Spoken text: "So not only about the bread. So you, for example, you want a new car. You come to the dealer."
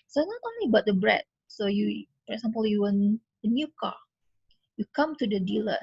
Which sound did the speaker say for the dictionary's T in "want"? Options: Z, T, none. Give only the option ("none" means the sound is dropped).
none